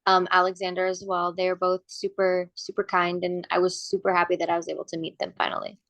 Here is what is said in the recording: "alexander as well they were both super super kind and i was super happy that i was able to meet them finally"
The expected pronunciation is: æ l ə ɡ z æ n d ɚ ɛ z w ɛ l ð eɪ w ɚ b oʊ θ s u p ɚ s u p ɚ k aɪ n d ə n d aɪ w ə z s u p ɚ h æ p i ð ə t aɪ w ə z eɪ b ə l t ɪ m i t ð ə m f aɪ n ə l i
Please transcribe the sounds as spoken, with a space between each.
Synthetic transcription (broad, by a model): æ l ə ɡ z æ n d ɚ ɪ z w ɛ l ð eɪ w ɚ b oʊ θ s u p ɚ s u p ɚ k aɪ n d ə n aɪ w ə z s u p ɚ h æ p i ð ə t aɪ w ə z eɪ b l t ɪ m i t ð ə m f aɪ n l i